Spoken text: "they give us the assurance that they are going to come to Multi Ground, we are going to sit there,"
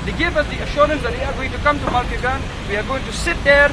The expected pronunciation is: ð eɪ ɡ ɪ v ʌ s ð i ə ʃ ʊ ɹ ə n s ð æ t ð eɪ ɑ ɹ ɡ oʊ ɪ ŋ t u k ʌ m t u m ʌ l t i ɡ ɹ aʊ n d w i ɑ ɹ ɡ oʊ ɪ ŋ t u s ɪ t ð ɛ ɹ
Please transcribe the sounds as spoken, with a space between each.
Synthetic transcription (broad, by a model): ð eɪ ɡ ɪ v ʌ s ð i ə ʃ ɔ ɹ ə n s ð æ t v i ɑ ɹ ɡ oʊ ɪ ŋ t u k ʌ m t u m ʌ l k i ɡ aʊ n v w i ɑ ɹ ɡ oʊ ɪ ŋ t u s ɪ t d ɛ ɹ